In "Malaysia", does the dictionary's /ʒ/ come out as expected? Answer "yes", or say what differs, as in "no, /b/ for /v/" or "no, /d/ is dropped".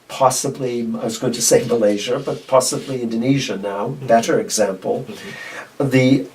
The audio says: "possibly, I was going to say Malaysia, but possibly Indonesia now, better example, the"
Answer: yes